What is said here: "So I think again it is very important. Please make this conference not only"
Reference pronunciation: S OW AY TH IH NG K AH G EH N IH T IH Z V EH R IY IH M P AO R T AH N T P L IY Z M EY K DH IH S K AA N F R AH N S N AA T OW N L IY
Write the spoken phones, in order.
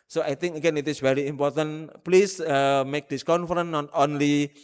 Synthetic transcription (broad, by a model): S OW AY T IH NG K AH G EH N IH T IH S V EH R IY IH M P AO R T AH N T P L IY S M EY K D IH S K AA N F R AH N N AA T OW N L IY